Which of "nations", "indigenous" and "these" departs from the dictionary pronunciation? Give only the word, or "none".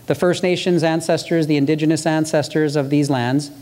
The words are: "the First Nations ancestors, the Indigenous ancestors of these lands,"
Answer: none